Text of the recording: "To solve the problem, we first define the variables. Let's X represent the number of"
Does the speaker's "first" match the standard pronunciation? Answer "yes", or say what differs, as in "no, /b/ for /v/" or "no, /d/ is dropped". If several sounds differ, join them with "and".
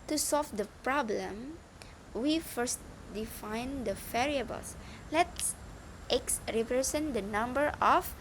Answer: yes